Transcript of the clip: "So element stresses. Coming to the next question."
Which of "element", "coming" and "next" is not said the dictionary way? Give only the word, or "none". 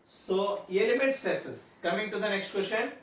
element